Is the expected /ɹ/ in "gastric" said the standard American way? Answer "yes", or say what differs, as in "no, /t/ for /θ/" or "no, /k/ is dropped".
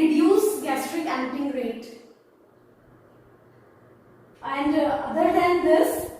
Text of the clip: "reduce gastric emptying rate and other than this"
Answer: yes